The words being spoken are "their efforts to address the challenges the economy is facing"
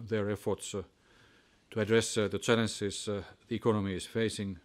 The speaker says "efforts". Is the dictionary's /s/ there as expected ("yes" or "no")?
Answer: yes